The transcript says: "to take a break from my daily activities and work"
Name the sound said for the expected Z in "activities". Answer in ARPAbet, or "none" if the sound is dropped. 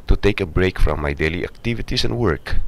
S